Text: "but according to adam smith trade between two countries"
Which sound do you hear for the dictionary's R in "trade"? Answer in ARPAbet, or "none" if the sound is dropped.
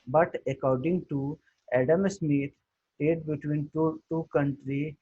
none